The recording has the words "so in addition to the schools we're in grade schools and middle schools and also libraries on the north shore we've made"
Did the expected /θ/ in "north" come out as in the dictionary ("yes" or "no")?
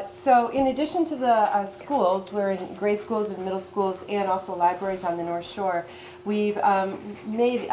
yes